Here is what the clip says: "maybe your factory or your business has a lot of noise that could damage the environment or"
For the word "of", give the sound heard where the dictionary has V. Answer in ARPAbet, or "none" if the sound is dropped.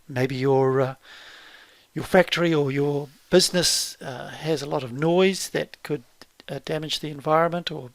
V